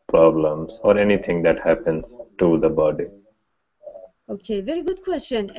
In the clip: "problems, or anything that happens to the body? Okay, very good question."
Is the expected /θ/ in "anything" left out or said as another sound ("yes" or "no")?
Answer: yes